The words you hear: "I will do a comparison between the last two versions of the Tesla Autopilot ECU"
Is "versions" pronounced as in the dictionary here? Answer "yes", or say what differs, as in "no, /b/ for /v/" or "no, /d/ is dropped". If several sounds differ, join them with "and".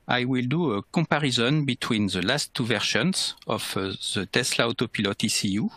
no, /ʃ/ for /ʒ/